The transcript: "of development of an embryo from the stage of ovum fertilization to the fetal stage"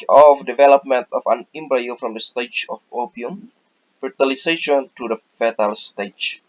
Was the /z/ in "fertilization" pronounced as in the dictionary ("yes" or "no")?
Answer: no